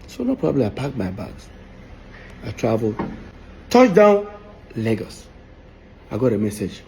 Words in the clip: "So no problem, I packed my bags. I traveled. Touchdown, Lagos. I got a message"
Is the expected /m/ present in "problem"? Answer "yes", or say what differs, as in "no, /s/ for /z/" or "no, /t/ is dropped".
no, /m/ is dropped